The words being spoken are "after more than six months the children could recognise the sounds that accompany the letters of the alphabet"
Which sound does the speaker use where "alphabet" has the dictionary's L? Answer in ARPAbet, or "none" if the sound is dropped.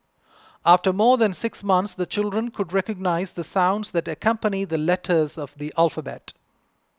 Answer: L